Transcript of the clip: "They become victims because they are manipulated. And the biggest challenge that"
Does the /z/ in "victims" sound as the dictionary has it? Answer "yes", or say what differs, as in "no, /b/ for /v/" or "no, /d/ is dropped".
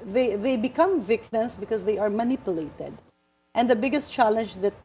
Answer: no, /s/ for /z/